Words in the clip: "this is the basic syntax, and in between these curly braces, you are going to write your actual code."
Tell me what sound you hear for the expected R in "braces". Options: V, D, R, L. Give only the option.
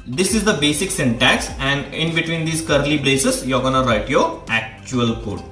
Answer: L